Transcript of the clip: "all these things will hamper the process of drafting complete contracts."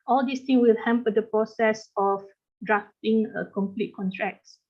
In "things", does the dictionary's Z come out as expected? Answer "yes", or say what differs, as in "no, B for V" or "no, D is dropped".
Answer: no, Z is dropped